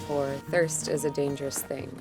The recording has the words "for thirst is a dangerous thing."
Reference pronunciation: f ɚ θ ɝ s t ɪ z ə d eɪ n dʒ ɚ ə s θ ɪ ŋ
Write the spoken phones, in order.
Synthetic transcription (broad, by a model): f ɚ θ ɝ s t ɪ z ə d eɪ n dʒ ɚ ə s θ ɪ ŋ